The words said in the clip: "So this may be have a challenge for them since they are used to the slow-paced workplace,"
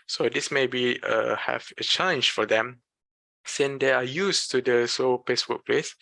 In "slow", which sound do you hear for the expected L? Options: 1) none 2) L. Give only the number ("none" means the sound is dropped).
1